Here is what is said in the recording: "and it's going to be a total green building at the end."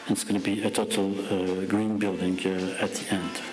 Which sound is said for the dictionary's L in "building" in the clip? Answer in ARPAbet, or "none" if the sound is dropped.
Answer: L